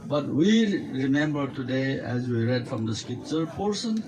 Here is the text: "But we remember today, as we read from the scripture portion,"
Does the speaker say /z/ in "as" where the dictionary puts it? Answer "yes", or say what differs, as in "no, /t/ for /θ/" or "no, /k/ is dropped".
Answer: yes